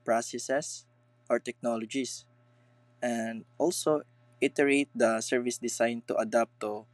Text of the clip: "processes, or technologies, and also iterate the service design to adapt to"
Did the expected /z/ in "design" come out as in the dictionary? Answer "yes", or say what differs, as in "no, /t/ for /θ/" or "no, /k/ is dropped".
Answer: no, /s/ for /z/